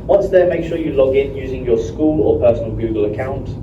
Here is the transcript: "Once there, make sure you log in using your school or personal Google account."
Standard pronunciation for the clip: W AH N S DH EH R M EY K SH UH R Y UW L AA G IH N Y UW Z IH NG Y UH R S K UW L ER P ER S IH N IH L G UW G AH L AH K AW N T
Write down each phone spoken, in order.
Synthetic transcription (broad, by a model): W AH N S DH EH M EY K SH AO Y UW L AA G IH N Y UW Z IH NG Y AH S K UW L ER P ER S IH N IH L G UW G AH L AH K AW N T